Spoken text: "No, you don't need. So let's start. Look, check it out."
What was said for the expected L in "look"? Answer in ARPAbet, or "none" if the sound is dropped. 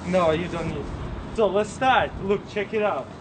L